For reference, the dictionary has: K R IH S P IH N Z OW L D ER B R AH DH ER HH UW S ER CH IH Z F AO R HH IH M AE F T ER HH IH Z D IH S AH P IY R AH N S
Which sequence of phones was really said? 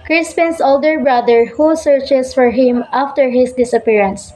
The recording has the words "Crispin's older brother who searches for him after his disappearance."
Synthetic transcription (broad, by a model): K R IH S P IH N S OW L D ER B R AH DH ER HH UW S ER CH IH S F AO R HH IH M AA F T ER HH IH S D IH S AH P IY R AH N S